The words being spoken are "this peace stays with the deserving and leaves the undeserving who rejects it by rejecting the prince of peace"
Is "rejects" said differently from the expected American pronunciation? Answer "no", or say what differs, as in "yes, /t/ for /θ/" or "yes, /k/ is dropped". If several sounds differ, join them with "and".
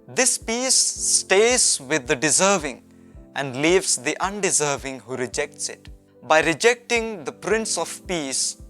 no